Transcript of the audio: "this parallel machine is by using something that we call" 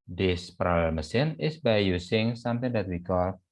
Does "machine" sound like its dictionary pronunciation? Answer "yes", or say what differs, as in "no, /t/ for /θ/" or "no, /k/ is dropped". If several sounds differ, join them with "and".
no, /s/ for /ʃ/